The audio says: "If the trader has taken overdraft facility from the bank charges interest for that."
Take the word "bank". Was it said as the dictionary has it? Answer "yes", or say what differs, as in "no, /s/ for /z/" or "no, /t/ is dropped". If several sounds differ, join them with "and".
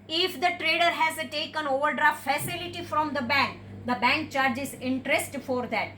yes